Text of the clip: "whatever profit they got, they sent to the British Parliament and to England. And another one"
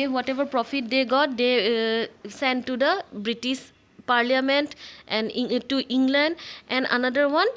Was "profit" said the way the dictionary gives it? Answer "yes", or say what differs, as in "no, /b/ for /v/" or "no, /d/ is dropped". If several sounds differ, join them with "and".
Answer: yes